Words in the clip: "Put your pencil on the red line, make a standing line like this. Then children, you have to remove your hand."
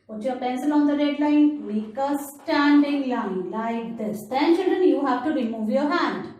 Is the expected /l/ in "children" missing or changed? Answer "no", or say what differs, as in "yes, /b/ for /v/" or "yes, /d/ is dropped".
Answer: yes, /l/ is dropped